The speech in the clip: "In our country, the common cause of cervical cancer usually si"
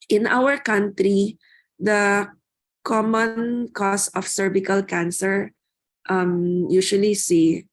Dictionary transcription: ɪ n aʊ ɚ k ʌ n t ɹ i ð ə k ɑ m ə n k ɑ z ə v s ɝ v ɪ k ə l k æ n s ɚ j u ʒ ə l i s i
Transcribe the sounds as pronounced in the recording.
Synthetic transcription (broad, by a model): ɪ n aʊ ɚ k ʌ n t ɹ i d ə k ɑ m ə n k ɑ s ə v s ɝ b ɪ k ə l k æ n s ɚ j u ʃ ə l i s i